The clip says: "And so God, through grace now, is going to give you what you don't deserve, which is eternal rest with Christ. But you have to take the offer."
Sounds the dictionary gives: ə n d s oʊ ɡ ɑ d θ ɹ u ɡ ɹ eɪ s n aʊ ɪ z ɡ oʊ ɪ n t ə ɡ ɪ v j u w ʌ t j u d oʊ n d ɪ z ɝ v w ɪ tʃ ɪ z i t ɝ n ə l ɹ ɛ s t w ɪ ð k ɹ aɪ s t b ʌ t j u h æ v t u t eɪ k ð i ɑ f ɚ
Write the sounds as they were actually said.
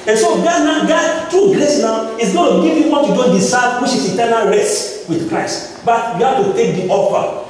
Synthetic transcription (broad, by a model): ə n s oʊ ɡ ɑ d t ɹ u ɡ ɹ eɪ s n aʊ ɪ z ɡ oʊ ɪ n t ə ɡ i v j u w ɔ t j u d oʊ n d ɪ s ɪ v w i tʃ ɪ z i t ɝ n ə l ɹ ɛ s t w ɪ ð k ɹ aɪ s t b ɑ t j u h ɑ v t u t eɪ k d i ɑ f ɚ